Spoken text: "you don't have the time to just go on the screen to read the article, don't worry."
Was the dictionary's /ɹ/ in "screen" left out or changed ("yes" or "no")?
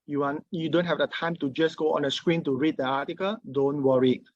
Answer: no